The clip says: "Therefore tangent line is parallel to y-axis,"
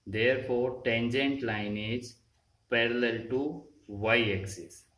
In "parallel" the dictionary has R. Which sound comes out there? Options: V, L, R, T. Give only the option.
R